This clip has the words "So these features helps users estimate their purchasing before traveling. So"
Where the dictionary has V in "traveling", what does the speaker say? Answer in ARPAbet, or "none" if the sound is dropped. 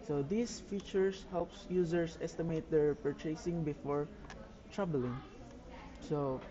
B